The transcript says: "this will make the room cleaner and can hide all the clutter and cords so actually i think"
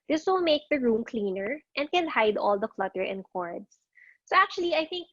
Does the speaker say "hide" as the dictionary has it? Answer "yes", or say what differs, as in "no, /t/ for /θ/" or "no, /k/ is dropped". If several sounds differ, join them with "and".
yes